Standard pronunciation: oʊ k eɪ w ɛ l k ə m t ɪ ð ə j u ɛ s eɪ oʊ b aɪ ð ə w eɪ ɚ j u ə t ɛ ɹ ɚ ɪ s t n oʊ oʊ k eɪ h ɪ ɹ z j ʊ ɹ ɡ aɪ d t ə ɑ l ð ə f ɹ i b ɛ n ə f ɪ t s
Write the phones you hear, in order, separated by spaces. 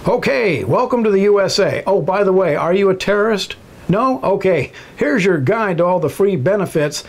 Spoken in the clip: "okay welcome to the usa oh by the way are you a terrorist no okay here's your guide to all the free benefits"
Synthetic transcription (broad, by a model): oʊ k eɪ w ɛ l k ə m t ɪ ð ə j u ɛ s eɪ oʊ b aɪ ð ə w eɪ ɚ j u ə t ɛ ɹ ɚ ɪ s t n oʊ oʊ k eɪ h ɪ ɹ z j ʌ ɹ ɡ aɪ d t ə ɑ l ð ə f ɹ i b ɛ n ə f ɪ t s